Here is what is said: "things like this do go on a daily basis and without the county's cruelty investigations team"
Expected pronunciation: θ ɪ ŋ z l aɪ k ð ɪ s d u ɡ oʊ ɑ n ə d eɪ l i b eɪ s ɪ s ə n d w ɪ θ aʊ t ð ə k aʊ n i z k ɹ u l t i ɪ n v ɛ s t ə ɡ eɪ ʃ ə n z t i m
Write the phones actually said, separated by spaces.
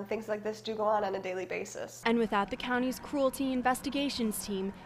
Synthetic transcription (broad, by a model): θ ɪ ŋ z l aɪ k ð ɪ s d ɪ ɡ oʊ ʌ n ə d eɪ l i b eɪ s ɪ s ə n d w ɪ θ aʊ t ð ə k aʊ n i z k ɹ u l t i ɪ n v ɛ s t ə ɡ eɪ ʃ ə n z t i m